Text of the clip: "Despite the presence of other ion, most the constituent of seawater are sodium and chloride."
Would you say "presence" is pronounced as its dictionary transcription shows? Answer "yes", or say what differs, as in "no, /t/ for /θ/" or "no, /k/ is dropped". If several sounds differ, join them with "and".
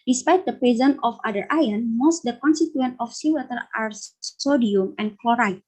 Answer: no, /s/ is dropped